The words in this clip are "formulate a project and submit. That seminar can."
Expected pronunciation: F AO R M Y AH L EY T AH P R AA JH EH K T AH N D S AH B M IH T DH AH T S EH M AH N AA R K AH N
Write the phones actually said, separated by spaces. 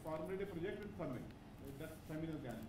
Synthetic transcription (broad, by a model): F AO R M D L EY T AH P R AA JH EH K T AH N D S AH M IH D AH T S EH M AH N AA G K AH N